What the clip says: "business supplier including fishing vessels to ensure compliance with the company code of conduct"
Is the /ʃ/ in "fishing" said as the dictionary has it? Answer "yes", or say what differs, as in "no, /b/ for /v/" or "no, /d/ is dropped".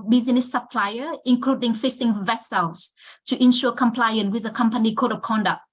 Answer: no, /s/ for /ʃ/